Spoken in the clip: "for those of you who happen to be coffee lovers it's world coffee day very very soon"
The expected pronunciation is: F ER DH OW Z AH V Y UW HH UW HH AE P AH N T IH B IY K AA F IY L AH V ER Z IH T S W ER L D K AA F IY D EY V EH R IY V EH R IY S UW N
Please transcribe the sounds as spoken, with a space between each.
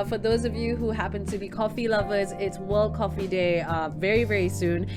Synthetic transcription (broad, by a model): F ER DH OW Z AH V Y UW HH UW HH AE P AH N T IH B IY K AA F IY L AH V ER Z IH T S W ER L D K AA F IY D EY V EH R IY V EH R IY S UW N